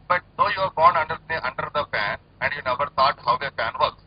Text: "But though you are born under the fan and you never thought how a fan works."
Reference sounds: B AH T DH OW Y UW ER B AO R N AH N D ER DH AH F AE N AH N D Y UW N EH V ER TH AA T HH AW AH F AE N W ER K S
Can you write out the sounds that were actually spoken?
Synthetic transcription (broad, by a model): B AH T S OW Y UW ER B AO R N AH N D ER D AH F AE N AH N D Y UW N EH V ER T AA T HH AW AH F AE N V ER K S